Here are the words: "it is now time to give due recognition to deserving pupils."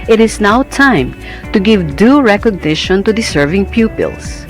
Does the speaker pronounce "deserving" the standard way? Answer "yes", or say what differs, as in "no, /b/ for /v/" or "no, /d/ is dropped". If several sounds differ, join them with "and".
no, /s/ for /z/